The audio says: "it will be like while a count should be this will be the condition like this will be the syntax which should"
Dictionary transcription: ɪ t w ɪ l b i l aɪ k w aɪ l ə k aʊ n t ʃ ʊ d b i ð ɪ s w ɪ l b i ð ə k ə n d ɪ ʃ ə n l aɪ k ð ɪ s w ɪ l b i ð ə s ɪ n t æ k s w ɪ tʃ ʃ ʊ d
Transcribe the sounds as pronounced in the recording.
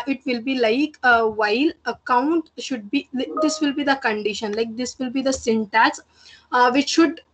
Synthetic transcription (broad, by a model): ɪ t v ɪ l b i l aɪ k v aɪ l ə k aʊ n t ʃ ʊ d b i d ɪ s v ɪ l b i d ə k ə n d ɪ ʃ ə n l aɪ k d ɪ s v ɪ l b i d ə s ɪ n t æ s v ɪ tʃ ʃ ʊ d